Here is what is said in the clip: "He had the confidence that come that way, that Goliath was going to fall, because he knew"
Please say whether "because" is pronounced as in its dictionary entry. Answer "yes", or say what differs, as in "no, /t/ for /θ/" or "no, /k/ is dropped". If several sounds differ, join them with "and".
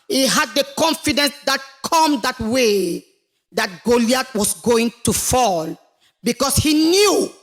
no, /s/ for /z/